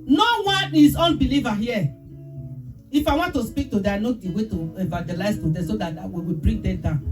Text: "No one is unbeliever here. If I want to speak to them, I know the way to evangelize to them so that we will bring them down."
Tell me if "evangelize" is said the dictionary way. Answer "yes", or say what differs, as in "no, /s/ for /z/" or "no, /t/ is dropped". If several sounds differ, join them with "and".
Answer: no, /n/ is dropped